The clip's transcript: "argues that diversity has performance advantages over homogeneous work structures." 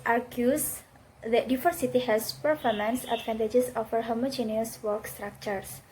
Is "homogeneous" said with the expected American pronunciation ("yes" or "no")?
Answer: yes